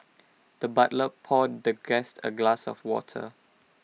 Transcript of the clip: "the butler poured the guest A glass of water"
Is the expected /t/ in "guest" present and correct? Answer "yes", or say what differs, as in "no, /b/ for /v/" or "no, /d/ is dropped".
yes